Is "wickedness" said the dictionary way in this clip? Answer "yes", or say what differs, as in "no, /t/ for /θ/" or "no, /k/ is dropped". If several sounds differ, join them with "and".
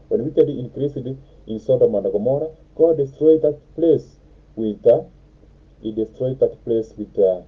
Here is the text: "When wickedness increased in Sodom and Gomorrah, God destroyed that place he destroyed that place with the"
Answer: no, /n/ is dropped and /s/ is dropped